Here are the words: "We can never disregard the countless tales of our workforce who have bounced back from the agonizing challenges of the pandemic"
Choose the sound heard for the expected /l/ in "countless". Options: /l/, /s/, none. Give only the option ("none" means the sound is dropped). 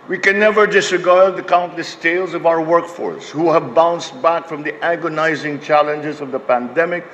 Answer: /l/